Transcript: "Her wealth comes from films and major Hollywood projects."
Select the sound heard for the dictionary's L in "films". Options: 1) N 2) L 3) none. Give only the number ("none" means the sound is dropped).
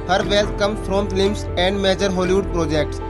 3